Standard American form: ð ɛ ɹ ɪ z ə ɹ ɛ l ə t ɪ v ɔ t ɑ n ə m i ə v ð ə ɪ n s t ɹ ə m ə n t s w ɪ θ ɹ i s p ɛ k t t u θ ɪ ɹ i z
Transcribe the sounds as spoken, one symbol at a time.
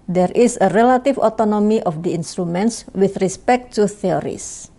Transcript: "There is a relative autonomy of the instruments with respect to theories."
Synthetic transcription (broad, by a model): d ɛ ɹ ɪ s ə ɹ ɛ l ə t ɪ f ɔ t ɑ n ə m i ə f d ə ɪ n s t ɹ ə m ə n t s w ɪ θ ɹ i s p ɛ k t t u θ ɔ ɹ i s